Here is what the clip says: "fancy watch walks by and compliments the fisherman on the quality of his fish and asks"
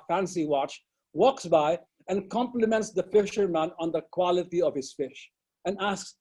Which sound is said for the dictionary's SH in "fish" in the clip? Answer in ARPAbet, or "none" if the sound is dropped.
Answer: SH